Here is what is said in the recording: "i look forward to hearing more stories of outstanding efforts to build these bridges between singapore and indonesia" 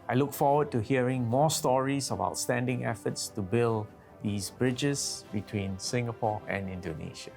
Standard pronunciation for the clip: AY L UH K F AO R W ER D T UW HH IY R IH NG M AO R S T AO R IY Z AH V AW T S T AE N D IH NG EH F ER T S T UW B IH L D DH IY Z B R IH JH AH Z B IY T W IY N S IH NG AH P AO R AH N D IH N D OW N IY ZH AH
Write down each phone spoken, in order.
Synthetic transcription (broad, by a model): AY L UH K F AO W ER D T UW HH IY R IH NG M AO S T AO R IY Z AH B AW T S T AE N D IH NG EH F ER T S T UW B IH L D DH IY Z B R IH JH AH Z B IY T W IY N S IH NG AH P AO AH N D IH N D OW N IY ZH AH